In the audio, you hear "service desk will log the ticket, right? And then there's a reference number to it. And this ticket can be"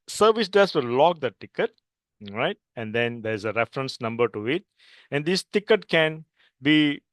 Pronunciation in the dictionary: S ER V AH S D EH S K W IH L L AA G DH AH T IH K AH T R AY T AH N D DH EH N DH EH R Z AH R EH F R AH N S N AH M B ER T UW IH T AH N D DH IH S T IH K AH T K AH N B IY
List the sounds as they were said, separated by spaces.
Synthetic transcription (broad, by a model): S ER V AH S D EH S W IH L L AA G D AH T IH K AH T R AY T AH N D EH N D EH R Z AH R EH F R AH N S N AH M B ER T UW IH T AH N D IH S T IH K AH T K AH N B IY